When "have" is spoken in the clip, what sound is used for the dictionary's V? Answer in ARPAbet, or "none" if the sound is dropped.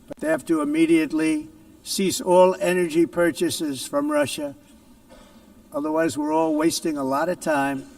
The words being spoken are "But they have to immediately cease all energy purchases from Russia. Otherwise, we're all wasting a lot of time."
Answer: F